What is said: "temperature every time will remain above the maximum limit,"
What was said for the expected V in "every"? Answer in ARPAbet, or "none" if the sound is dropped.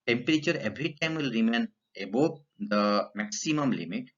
B